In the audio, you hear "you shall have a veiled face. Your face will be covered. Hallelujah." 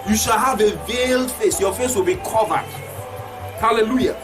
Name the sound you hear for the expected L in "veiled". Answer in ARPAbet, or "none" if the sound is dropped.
L